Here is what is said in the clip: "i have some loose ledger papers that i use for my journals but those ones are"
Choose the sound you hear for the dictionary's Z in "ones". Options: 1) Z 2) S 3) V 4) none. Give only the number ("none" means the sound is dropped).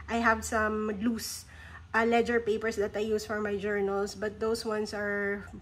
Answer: 2